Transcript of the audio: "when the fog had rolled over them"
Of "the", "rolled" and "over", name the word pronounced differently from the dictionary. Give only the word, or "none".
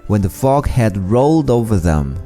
none